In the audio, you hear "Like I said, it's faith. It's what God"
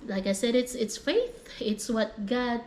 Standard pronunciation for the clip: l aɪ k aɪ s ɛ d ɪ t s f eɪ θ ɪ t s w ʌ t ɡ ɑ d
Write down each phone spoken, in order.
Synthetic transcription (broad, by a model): l aɪ k aɪ s ɛ d ɪ t s f eɪ θ ɪ t s w ʌ t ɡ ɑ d